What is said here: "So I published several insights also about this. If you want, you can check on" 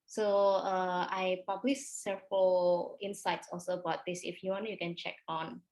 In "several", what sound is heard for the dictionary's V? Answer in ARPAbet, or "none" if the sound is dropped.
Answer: F